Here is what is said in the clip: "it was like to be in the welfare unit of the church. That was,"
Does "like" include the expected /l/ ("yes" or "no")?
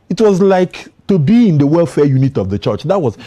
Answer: yes